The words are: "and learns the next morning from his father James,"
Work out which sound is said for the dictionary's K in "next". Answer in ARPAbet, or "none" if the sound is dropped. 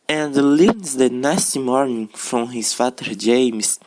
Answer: none